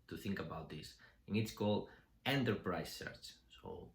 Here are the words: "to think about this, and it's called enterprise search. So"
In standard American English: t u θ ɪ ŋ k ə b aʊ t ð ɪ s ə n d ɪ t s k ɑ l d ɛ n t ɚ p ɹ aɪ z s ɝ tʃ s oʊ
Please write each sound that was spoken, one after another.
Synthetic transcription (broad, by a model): t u θ ɪ ŋ k ə b aʊ t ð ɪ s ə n ɪ t s k ɑ l d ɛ n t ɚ p ɹ aɪ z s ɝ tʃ s oʊ